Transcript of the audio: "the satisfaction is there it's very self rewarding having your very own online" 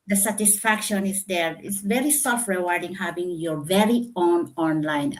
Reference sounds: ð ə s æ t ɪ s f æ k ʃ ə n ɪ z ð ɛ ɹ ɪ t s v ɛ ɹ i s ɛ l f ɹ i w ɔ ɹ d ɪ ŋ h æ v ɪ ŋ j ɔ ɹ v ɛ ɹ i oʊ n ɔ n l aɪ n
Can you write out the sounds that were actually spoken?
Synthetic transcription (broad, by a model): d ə s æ t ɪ s f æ k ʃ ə n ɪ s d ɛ ɹ ɪ t s v ɛ ɹ i s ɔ f ɹ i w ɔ ɹ d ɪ ŋ h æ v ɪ ŋ j ɔ ɹ v ɛ ɹ i oʊ n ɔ n l aɪ n